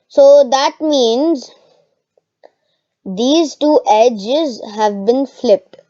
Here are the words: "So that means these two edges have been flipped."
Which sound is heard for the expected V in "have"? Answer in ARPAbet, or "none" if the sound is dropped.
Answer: V